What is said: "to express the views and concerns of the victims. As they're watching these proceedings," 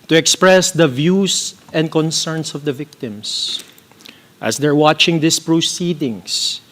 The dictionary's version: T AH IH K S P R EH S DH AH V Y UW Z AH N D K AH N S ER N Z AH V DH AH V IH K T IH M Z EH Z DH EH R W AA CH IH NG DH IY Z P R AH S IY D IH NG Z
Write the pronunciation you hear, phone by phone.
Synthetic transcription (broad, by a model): T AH IH K S P R EH S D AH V Y UW S AH N D K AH N S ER N S AH V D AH V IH K T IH M S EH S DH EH R W AA CH IH NG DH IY S P R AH S IY D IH NG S